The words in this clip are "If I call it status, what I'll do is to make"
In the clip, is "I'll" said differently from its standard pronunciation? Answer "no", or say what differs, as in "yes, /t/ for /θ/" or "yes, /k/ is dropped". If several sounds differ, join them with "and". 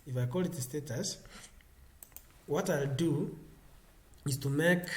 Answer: no